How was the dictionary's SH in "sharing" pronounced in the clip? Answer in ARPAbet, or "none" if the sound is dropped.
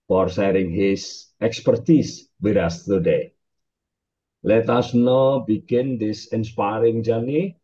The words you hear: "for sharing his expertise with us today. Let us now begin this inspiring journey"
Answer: S